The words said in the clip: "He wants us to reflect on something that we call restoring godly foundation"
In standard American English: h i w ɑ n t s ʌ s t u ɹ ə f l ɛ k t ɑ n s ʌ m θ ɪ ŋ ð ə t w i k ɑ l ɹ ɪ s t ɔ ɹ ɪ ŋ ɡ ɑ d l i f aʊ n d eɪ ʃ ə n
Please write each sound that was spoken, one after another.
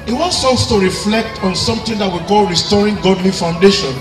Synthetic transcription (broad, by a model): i w ɑ n t s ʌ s t u ɹ ə f l ɛ k t ɑ n s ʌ m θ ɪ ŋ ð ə t w i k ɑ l ɹ ɪ s t ɔ ɹ ɪ ŋ ɡ ɑ d l i f aʊ n d eɪ ʃ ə n